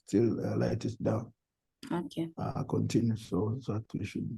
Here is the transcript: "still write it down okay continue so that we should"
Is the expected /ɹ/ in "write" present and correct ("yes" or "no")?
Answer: no